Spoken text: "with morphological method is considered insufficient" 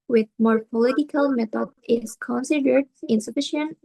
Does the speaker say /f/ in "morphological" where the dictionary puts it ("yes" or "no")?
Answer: no